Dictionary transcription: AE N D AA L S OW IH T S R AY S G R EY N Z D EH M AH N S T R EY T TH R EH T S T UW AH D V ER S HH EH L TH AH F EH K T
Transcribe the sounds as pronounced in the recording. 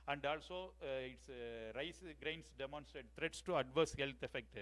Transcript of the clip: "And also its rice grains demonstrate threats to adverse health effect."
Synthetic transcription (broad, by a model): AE N D AA L S OW IH T S R AY S G R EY N S D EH M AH N S T R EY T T R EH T S T UW AH D V ER S HH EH L T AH F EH K T